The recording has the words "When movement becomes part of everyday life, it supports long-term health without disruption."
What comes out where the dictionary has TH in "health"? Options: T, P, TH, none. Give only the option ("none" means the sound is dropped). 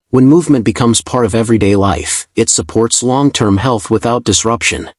TH